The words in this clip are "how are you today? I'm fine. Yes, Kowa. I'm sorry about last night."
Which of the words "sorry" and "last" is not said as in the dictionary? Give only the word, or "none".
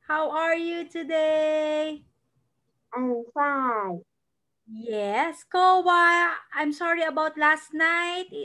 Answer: none